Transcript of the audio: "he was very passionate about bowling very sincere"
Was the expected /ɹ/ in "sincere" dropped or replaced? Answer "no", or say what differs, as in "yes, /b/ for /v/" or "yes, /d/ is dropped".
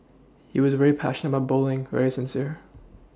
no